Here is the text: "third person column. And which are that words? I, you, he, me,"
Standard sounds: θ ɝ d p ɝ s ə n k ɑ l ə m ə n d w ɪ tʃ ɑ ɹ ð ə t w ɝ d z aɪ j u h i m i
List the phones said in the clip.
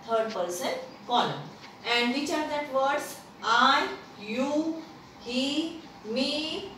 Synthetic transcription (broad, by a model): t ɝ d p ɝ s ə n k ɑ n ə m ə n d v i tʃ ɑ ɹ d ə t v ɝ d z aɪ j u h i m i